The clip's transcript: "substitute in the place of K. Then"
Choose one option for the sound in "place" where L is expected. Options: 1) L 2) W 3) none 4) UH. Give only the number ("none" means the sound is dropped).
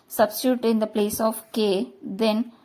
1